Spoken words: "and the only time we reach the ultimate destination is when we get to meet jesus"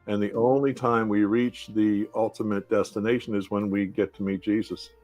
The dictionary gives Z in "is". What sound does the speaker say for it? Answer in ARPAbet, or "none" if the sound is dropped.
Z